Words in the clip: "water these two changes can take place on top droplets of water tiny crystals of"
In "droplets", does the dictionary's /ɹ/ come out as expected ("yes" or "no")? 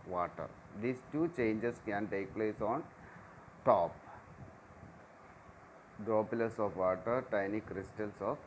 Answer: no